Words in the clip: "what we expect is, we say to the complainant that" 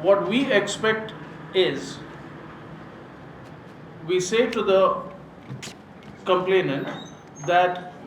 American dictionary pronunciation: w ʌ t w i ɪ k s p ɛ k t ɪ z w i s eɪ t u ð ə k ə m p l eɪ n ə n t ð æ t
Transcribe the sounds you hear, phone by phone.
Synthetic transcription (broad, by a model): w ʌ t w i ɪ k s p ɛ k t ɪ z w i s eɪ t u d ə k ə m p l eɪ n ə n t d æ t